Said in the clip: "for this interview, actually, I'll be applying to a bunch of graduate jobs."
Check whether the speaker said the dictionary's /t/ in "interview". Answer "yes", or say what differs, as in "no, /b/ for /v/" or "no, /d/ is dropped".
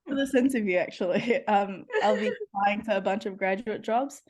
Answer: no, /s/ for /t/